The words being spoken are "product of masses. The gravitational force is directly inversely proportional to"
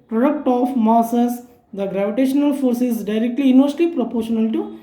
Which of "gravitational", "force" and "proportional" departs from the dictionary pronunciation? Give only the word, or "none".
none